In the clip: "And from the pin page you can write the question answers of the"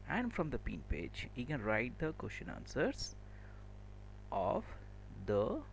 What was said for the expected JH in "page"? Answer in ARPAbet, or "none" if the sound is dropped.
JH